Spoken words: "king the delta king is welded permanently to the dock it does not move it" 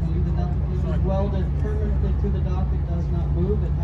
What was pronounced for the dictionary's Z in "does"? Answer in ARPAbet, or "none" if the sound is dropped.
Z